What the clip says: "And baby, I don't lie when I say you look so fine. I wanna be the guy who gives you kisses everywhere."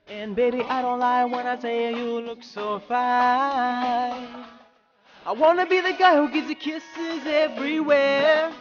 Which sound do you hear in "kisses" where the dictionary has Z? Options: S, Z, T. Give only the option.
Z